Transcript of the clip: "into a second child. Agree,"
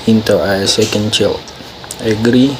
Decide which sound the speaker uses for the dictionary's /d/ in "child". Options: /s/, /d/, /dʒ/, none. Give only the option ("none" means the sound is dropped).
none